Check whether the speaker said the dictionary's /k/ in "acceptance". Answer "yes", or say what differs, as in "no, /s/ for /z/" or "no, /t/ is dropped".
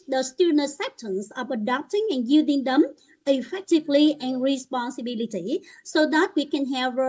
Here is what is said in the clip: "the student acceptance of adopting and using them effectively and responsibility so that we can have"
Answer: no, /k/ is dropped